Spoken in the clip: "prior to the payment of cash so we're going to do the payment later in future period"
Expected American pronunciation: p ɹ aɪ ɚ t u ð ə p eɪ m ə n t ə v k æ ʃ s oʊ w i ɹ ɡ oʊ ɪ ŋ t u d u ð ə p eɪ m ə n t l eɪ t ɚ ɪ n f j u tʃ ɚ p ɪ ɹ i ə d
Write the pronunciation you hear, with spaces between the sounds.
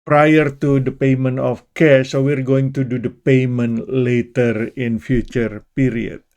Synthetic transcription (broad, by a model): p ɹ aɪ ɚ t u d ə p eɪ m ə n t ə f k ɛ s oʊ w i ɹ ɡ oʊ ɪ ŋ t u d u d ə p eɪ m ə n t l eɪ t ɚ ɪ n f j u tʃ ɚ p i ɹ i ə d